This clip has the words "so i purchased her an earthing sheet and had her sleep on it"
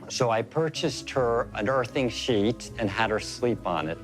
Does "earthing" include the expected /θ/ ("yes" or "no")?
yes